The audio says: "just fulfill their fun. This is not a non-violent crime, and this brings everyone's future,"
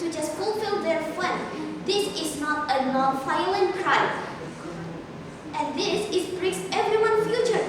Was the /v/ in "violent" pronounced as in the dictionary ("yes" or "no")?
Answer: no